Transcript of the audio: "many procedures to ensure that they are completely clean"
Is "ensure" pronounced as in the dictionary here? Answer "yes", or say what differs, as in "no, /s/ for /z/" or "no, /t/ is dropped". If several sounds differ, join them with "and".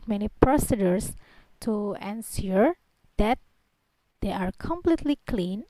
no, /s/ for /ʃ/